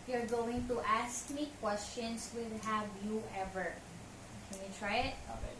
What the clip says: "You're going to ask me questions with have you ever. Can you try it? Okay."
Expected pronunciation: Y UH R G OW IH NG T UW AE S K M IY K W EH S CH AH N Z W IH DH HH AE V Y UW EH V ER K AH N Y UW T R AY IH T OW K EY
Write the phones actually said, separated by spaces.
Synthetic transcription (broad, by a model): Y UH R G OW IH NG T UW AE S K M IY K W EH S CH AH N S W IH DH HH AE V Y UW EH V ER K AH N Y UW T R AY IH T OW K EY